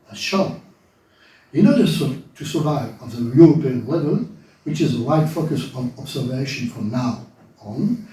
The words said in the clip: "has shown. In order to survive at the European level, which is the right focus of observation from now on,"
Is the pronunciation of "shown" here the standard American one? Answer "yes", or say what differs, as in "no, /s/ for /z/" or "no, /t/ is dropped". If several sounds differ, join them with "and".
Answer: no, /n/ is dropped